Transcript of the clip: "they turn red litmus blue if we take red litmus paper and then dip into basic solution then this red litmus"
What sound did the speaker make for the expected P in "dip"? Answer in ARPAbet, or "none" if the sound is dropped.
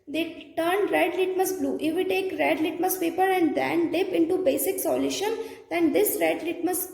P